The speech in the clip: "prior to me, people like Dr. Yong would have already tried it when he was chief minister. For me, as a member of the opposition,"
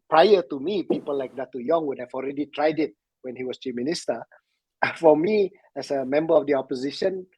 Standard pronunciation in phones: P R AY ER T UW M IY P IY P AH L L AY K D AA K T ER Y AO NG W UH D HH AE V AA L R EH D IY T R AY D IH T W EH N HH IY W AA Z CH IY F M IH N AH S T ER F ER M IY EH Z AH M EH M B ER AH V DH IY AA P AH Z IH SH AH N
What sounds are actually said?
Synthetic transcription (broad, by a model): P R AY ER T UW M IY P IY P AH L L AY K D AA T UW Y AO NG W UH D HH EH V AA L R EH D IY T R AY D IH T W EH N HH IY W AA S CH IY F M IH N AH S T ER F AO M IY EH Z AH M EH M B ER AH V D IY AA P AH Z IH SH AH N